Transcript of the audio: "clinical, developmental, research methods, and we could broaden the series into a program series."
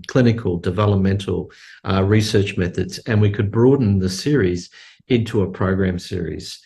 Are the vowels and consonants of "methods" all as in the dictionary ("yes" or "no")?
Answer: yes